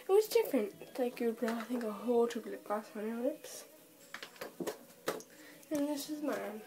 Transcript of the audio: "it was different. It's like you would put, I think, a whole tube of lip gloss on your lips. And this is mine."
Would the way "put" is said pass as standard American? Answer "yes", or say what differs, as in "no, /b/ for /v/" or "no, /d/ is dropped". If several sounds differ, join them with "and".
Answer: no, /t/ is dropped